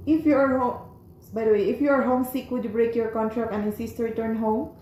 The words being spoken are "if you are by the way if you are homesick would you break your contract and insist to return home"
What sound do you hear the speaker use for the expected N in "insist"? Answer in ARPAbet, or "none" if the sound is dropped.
none